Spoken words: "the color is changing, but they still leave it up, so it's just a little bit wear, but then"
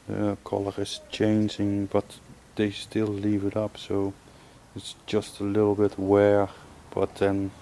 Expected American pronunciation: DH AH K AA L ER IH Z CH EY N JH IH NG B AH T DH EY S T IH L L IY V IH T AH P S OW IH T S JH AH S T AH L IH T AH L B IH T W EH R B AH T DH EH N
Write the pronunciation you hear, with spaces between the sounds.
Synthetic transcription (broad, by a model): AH K AA L ER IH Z CH EY N JH IH NG B AH T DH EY S T IH L L IY V IH T AH P S OW IH T S JH AH S T AH L IH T L B IH T W EH R B AH T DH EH N